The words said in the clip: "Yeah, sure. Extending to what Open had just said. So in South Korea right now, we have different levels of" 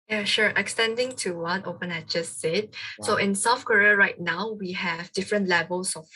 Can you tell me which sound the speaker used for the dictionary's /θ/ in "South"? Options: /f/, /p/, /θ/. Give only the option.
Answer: /f/